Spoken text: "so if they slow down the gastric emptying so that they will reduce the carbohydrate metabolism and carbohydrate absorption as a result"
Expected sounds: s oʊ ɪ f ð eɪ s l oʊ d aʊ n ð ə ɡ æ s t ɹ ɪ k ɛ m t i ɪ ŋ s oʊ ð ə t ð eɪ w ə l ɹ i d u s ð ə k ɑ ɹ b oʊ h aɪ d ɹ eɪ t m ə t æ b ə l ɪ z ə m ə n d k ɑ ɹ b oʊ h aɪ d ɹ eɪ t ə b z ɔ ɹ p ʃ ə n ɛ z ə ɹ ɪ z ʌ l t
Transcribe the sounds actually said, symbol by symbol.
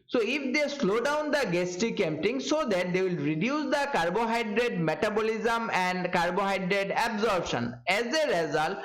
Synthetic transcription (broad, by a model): s oʊ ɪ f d eɪ s l oʊ d aʊ n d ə ɡ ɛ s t ɪ k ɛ m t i ŋ s oʊ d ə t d eɪ w ə l ɹ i d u s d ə k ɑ ɹ b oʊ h aɪ d ɹ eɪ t m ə t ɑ b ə l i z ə m ə n d k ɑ ɹ b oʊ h aɪ d ɹ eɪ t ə b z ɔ ɹ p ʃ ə n ɛ z ə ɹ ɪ z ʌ l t